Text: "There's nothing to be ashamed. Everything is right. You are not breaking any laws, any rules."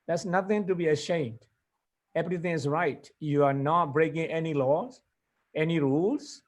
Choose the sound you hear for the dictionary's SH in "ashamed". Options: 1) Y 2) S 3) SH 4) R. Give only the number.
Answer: 3